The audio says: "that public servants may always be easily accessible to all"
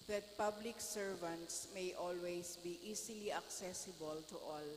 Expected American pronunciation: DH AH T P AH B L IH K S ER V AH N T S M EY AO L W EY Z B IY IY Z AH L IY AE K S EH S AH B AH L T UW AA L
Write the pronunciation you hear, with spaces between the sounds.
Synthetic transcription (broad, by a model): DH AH T P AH B L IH K S ER V AH N T S M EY AO L W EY S B IY IY S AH L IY AE K S EH S AH B AH L T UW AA L